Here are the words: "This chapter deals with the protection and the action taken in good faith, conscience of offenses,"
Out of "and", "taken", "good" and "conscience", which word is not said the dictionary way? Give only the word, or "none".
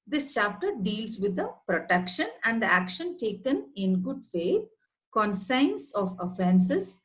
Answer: conscience